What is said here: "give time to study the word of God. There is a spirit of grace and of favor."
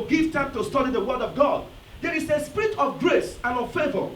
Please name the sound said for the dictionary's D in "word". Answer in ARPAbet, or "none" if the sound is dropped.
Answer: D